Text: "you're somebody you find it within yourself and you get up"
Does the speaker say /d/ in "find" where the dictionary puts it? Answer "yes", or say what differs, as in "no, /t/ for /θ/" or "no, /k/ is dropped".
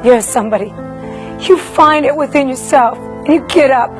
yes